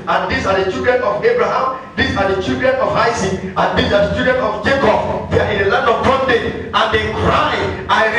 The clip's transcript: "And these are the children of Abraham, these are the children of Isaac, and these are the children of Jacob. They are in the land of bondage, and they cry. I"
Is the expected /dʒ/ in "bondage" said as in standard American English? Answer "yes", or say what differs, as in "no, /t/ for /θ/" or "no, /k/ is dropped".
no, /dʒ/ is dropped